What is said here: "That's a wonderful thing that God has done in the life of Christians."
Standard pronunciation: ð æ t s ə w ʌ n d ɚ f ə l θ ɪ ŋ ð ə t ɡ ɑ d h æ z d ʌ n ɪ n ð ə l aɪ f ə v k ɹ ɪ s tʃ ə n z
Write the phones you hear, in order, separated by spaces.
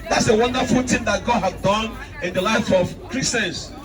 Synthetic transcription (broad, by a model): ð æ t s ə w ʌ n d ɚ f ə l t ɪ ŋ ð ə t ɡ ɑ d h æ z d ʌ n ɪ n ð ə l aɪ f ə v k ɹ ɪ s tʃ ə n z